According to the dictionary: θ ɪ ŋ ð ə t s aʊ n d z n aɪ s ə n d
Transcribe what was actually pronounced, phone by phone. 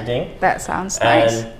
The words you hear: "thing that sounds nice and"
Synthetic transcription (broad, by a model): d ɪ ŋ ð ə t s aʊ n d z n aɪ ə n